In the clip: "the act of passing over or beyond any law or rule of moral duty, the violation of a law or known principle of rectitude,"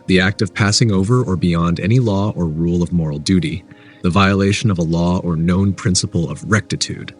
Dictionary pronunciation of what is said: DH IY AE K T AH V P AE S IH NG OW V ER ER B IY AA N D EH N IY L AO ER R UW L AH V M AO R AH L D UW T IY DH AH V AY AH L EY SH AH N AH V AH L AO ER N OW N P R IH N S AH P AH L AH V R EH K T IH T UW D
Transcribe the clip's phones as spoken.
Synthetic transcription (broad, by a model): DH IY AE K T AH V P AE S IH NG OW V ER ER B IY AA N D EH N IY L AO ER R UW L AH V M AO R L D UW T IY DH AH V AY AH L EY SH AH N AH V AH L AO ER N OW N P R IH N S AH P L AH V R EH K T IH T UW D